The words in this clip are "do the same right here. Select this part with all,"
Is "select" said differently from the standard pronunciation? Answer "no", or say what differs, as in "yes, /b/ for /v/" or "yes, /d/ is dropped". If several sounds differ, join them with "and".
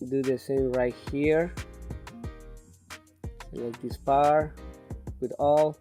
yes, /l/ is dropped